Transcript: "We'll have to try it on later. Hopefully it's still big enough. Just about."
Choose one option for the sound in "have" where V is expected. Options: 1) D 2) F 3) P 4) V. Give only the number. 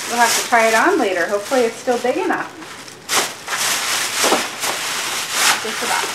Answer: 2